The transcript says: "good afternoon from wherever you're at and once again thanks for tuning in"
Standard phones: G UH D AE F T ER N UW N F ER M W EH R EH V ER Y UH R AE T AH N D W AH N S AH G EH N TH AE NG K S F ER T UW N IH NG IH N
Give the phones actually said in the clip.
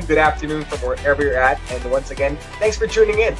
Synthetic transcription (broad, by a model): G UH D AE F T ER N UW N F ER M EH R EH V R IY R AE T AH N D W AH N S AH G EH N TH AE NG S F ER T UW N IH NG IH N